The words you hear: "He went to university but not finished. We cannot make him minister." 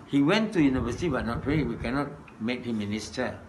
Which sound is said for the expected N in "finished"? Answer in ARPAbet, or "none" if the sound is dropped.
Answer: none